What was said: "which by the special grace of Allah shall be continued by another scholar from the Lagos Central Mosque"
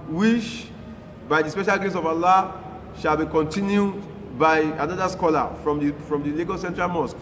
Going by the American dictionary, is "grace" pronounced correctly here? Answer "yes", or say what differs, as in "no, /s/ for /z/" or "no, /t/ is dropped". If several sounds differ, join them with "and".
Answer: no, /ɹ/ is dropped